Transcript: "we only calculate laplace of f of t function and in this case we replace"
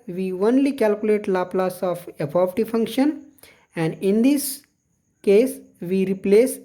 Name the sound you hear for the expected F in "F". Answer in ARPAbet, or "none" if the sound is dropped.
P